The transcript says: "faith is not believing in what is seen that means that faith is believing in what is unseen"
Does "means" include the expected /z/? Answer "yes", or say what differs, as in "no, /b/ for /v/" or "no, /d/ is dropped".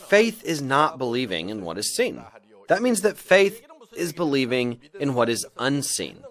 yes